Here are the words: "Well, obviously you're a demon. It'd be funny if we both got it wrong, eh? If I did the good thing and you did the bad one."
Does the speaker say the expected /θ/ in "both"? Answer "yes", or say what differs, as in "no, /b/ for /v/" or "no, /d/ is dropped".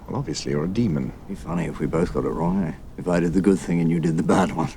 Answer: yes